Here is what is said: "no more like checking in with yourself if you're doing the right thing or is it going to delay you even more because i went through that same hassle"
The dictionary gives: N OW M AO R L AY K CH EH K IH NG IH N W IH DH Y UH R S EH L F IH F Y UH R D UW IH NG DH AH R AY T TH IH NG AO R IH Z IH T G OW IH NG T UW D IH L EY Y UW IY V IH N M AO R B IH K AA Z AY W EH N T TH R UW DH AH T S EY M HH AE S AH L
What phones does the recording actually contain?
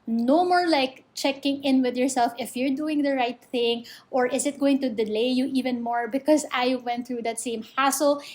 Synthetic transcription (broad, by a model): N OW M AO R L AY K CH EH K IH NG IH N W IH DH Y UH R S EH L F IH F Y UH R D UW IH NG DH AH R AY T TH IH NG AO R IH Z IH T G OW IH NG T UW D IH L EY Y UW IY V IH N M AO R B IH K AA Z AY W EH N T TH R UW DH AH T S EY M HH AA S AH L